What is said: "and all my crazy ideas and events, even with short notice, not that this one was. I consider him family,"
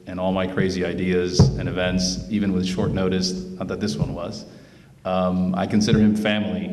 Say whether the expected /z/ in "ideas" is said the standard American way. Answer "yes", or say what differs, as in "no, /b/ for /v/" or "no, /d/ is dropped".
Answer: yes